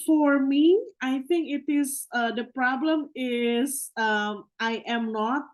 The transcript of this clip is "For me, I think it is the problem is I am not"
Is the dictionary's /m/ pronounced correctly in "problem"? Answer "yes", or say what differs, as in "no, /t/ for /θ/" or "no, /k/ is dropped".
yes